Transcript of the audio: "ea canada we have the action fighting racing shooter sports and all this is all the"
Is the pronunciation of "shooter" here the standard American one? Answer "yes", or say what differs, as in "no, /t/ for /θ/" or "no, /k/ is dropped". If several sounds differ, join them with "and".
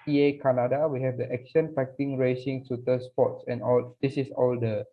no, /s/ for /ʃ/